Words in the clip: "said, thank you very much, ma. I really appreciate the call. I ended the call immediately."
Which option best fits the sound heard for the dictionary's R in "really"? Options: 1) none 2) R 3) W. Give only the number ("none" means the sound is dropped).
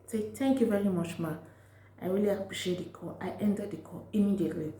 3